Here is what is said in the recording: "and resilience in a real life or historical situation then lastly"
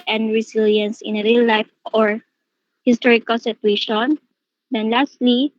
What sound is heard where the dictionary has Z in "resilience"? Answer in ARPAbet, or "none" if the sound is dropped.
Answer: S